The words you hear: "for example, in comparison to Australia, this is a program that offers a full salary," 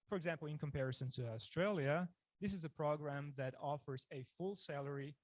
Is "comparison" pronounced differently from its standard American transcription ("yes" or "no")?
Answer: no